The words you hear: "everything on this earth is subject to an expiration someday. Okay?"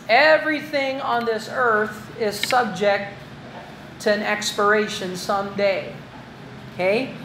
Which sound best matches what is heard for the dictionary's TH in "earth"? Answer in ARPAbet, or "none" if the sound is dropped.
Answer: TH